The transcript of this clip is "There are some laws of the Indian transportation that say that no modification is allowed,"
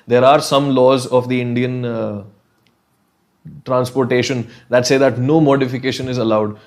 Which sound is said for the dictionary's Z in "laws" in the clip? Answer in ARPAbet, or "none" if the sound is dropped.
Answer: Z